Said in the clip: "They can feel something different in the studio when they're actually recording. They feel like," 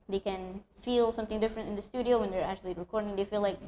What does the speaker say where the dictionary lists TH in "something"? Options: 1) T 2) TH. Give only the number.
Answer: 2